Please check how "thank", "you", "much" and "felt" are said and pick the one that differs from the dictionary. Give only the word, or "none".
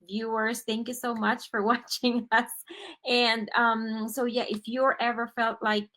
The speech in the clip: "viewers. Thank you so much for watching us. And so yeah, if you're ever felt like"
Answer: none